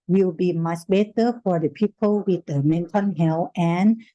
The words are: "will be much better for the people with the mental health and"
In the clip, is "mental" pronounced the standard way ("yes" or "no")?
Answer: no